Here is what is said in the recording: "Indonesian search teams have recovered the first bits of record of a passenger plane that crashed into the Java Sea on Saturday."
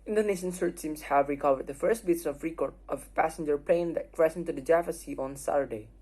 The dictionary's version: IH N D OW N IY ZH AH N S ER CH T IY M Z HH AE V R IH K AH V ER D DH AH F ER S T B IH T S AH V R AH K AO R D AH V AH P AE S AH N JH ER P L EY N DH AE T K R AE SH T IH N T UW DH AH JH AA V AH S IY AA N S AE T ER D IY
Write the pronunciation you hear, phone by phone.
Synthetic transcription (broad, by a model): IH N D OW N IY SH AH N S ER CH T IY M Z HH AE V R IH K AH V ER D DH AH F ER S T B IH T S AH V R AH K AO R AH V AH P AE S AH N JH ER P L EY N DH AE T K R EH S IH N T UW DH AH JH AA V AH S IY AA N S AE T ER D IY